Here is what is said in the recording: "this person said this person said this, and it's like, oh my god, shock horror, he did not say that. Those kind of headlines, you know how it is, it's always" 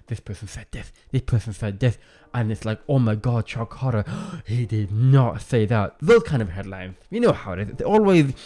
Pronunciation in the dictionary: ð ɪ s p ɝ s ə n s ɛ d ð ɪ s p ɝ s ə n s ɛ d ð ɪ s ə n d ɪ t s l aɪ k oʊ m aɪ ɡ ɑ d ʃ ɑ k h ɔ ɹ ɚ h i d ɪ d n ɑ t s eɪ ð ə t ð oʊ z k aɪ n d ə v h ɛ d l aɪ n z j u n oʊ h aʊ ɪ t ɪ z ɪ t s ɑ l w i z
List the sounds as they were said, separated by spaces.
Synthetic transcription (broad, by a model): ð ɪ s p ɝ s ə n s ɛ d ð ɪ s p ɝ s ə n s ɛ d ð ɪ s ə n ɪ t s l aɪ k oʊ m aɪ ɡ ɑ d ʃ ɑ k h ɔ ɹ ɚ h i d ɪ d n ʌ t s eɪ ð ə t ð oʊ z k aɪ n d ə v h ɛ d l aɪ n z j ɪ n oʊ h aʊ ɪ t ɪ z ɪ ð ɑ l w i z